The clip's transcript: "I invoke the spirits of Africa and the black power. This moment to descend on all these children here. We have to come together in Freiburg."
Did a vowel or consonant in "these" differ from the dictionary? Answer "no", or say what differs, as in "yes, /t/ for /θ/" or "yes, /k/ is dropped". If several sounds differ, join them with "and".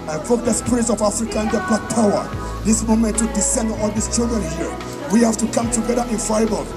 yes, /s/ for /z/